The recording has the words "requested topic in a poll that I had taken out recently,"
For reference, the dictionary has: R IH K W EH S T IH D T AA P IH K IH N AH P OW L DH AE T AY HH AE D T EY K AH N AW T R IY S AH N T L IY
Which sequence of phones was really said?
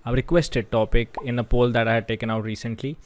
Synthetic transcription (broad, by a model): R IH K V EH S T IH D T AA P IH K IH N AH P OW L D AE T AY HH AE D T EY K AH N AW T R IY S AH N T L IY